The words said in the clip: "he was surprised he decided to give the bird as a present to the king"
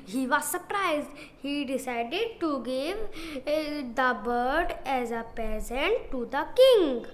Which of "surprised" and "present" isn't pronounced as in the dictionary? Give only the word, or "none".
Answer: present